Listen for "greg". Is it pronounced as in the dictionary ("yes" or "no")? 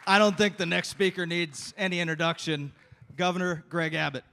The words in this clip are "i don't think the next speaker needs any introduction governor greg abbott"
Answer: yes